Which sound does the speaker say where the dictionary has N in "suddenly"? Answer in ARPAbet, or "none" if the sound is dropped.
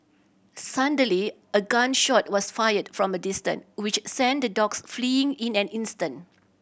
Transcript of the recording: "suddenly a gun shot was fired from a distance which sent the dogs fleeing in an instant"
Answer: none